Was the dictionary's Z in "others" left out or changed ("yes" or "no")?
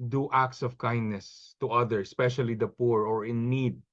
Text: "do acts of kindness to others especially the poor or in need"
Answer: yes